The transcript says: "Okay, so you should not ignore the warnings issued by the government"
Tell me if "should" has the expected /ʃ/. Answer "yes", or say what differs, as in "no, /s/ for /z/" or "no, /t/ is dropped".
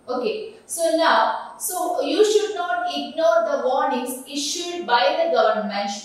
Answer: yes